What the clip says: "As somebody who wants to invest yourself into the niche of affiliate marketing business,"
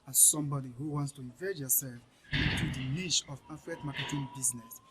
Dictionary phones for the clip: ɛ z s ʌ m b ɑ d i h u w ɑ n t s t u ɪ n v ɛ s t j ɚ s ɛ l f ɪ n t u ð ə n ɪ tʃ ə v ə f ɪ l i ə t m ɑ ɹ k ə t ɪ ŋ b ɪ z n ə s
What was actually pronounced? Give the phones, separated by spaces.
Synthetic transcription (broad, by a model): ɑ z s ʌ m b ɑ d i h u w ɑ n t s t u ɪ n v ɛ t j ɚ s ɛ l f ɪ n t u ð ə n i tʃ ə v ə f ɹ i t m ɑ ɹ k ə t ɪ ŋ b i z n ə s